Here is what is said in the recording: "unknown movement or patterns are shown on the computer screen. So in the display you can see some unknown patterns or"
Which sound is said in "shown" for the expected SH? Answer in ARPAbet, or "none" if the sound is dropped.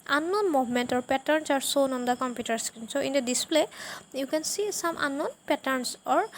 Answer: S